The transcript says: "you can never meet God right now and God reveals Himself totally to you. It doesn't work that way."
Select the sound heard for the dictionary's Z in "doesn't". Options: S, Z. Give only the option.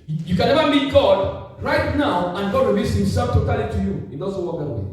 S